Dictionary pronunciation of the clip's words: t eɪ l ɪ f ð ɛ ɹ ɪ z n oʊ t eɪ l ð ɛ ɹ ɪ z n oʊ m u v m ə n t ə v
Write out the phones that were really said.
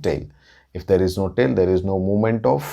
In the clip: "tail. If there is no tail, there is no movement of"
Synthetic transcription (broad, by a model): t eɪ l ɪ f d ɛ ɹ ɪ z n oʊ t eɪ l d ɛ ɹ ɪ z n oʊ m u m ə n t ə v